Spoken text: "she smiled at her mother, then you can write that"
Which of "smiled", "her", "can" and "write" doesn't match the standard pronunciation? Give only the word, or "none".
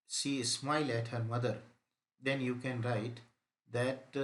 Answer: smiled